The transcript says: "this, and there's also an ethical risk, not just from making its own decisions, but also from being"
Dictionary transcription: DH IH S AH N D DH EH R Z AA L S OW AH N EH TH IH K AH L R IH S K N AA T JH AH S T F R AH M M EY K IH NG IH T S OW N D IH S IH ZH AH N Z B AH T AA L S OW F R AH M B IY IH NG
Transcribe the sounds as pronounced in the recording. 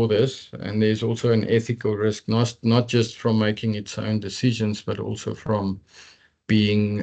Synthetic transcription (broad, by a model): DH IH S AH N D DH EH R Z AA L S OW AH N EH TH IH K AH L R IH S K N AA T JH AH S T F R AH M M EY K IH NG IH T S OW N D IH S IH ZH AH N Z B AH T AA L S OW F R AH M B IY IH NG